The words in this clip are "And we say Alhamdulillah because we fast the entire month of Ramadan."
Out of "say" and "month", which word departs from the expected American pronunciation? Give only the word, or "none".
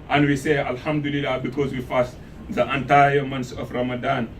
month